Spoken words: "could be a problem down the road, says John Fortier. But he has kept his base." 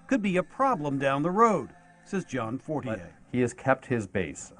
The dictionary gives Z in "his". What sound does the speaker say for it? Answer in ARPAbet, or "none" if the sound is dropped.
Z